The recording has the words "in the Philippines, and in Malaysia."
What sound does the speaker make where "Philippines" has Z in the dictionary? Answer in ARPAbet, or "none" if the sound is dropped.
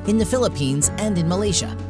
Z